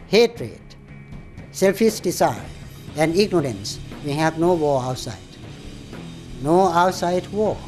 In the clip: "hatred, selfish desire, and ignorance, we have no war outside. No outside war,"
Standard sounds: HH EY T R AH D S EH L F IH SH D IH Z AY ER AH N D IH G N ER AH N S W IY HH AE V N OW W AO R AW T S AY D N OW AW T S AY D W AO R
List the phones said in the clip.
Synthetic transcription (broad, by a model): HH EY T R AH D S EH L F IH S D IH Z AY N AH N D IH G N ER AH N S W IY HH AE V N OW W AO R AW T S AY D N OW AW T S AY D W AO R